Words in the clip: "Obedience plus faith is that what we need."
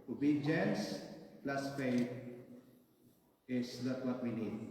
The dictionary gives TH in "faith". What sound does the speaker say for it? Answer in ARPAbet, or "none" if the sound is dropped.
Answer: T